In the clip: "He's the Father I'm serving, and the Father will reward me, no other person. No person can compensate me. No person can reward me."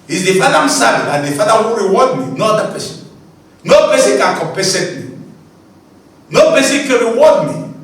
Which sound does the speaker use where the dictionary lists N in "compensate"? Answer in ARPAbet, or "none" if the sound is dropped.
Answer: none